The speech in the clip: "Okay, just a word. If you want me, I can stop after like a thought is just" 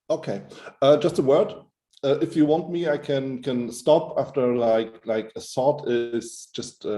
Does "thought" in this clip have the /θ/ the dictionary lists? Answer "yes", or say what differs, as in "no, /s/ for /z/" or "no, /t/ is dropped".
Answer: no, /s/ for /θ/